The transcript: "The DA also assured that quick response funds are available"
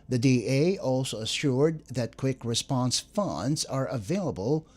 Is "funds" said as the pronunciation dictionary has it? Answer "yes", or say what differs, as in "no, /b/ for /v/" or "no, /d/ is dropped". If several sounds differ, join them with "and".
yes